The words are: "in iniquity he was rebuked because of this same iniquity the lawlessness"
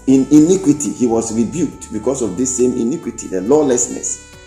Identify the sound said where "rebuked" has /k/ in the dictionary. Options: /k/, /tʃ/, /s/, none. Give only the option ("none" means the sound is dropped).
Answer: /k/